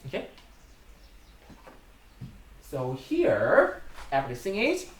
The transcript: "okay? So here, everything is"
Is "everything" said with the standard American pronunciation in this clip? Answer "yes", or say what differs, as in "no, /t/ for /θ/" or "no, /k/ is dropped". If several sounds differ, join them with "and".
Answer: no, /p/ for /v/ and /s/ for /θ/